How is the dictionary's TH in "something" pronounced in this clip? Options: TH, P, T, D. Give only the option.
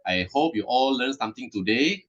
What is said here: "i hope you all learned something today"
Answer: T